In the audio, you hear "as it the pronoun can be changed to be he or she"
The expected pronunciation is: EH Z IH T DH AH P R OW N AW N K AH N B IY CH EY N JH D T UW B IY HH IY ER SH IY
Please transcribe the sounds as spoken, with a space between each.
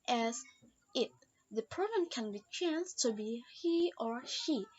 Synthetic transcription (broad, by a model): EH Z IH T DH AH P OW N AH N K AH N B IY CH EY N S T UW B IY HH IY ER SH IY